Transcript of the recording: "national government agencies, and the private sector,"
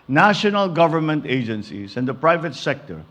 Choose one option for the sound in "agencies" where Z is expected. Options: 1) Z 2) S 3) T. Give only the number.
2